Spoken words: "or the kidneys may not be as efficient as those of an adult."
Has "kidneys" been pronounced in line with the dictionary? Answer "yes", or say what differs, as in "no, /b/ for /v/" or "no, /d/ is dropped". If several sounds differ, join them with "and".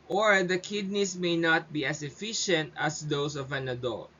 no, /s/ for /z/